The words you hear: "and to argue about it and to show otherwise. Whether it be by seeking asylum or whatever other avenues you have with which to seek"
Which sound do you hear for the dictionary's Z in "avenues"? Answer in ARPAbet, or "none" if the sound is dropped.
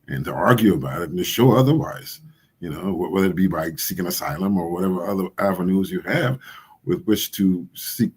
Z